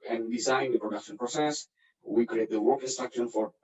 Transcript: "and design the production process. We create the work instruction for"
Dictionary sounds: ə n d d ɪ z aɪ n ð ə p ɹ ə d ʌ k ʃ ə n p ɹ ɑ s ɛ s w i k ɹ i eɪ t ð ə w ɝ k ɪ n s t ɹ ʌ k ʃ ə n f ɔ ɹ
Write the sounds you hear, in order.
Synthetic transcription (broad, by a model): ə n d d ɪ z aɪ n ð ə p ɹ ə d ʌ k ʃ ə n p ɹ ɑ s ɛ s w i k ɹ i eɪ t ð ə w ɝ k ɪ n s t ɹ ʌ k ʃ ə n f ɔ ɹ